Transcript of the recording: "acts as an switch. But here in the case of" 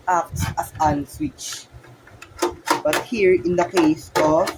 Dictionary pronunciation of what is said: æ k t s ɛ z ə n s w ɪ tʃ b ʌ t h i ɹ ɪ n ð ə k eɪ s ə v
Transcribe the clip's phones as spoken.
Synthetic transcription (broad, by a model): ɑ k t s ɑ s ə n s w ɪ tʃ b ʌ t h i ɹ ɪ n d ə k eɪ s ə